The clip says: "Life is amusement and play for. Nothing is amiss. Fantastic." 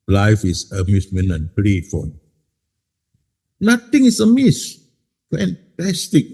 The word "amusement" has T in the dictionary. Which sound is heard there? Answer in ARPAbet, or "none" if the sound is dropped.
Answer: none